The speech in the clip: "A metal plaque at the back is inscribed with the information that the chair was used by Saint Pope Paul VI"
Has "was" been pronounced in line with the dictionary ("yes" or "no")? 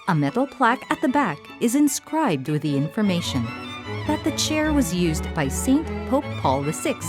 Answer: yes